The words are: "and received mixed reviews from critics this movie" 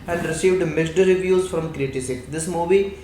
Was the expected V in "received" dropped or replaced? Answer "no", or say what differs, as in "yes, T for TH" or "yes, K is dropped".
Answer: no